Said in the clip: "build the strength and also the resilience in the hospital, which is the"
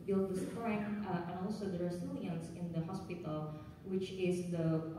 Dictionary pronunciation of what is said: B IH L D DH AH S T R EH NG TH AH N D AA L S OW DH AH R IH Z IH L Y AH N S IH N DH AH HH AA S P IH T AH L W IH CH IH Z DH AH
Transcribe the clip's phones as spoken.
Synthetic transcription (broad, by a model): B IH L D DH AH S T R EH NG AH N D AA L S OW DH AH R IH S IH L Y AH N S IH N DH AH HH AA S P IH T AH L W IH CH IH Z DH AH